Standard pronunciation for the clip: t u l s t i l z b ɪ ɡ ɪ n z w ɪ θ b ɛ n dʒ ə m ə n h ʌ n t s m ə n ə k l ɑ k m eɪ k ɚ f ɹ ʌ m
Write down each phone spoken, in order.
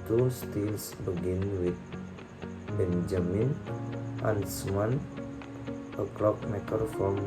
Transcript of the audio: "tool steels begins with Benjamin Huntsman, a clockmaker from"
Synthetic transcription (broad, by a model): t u s t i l s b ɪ ɡ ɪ n w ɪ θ b ɛ n dʒ ə m ə n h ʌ n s m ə n ə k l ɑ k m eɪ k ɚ f ɹ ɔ m